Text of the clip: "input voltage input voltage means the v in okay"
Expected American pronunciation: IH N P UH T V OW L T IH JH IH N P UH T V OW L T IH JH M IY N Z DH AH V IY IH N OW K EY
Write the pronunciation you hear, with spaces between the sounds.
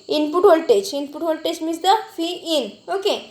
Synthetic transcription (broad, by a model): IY N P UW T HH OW L T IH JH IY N P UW T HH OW L T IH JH M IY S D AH F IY IH N OW K EY